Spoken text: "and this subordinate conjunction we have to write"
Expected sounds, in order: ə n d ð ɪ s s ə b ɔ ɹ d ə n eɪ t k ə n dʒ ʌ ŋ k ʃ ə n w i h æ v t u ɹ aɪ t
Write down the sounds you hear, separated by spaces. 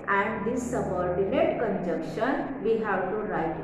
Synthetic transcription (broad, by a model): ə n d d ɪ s s ə b ɔ ɹ d ə n eɪ t k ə n dʒ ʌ k ʃ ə n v i h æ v t u ɹ aɪ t